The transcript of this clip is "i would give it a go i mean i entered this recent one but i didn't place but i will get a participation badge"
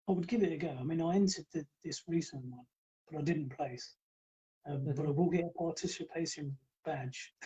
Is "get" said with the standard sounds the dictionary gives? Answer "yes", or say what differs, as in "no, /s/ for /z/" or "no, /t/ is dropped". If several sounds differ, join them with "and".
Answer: no, /t/ is dropped